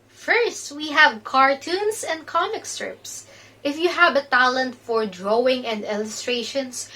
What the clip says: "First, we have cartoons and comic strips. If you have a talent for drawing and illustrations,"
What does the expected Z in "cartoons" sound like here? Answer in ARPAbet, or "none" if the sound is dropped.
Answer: S